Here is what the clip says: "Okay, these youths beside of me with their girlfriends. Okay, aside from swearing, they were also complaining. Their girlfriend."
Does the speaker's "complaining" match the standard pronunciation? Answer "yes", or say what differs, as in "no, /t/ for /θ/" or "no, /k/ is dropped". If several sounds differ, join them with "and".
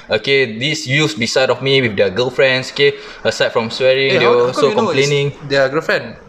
no, /p/ is dropped